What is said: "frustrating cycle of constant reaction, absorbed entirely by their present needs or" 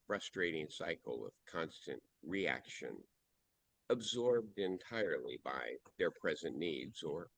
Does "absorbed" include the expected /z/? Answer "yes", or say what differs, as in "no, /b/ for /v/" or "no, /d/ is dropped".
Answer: yes